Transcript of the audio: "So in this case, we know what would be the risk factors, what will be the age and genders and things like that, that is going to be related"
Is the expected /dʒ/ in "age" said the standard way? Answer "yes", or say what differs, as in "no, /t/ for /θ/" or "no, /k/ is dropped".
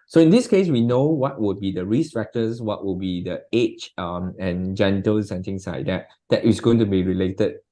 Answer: no, /tʃ/ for /dʒ/